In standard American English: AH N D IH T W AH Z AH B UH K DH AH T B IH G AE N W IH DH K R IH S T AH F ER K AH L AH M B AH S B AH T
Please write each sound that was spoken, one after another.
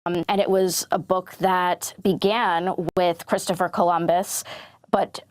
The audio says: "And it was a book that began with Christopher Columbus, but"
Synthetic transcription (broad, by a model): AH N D IH T W AH Z AH B UH K DH AH T B IH G AE N W IH DH K R IH S T AH F ER K AH L AH M B AH S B AH T